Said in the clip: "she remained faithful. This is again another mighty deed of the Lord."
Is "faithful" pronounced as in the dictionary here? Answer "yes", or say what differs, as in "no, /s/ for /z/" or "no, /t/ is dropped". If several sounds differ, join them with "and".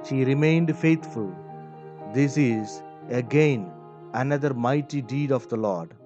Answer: no, /t/ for /θ/